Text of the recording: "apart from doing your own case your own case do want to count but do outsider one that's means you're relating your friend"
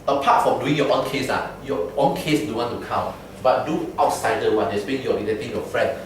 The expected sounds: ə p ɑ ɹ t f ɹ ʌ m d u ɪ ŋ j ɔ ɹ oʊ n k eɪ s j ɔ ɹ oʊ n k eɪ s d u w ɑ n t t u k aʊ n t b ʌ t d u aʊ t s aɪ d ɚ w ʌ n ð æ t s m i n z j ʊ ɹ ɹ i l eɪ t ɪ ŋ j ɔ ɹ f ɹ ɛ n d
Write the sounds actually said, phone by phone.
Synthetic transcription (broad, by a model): ə p ɑ t f ɹ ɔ m d u ɪ ŋ j ɔ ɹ oʊ n k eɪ s j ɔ oʊ n k eɪ s d u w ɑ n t t u k aʊ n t b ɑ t d u aʊ t s aɪ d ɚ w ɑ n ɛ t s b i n j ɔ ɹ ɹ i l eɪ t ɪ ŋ j ɔ f ɹ ɛ n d